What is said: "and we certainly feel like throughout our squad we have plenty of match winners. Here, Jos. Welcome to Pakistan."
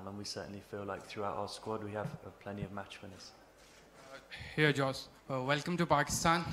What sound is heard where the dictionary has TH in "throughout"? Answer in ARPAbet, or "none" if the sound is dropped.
TH